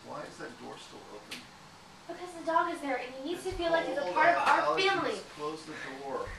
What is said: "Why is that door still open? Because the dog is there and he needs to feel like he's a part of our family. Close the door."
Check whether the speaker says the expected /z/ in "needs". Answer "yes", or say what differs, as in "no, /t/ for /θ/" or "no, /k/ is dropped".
no, /z/ is dropped